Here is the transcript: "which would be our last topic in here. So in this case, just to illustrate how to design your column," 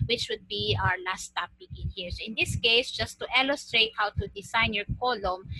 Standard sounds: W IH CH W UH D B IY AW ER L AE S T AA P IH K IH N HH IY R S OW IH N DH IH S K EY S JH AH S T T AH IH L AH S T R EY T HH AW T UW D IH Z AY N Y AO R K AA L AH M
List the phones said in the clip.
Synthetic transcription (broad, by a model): W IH CH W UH D B IY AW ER L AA S T AA P IH K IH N HH IY R S OW IH N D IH S K EY S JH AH S T T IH L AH S T R EY T HH AW T UW D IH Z AY N Y AO R K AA L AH M